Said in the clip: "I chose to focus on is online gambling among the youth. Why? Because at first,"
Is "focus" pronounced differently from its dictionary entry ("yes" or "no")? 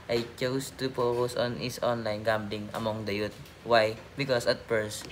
yes